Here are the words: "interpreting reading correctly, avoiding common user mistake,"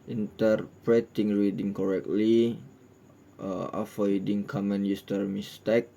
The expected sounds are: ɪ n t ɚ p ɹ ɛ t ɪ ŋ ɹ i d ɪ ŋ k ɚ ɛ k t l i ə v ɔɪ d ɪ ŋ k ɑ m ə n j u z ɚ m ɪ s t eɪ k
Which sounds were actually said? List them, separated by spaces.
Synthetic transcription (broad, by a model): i n t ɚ p ɹ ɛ t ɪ ŋ ɹ i d ɪ ŋ k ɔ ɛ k t l i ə f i d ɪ ŋ k ɑ m ə n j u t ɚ m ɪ s t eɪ k